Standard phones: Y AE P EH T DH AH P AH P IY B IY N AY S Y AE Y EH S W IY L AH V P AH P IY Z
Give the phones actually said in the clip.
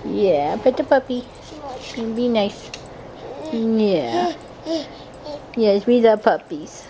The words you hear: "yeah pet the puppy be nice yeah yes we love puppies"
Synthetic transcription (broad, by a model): Y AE B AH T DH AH P AH P IY B IY N AY S Y AE Y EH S W IY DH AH P AH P IY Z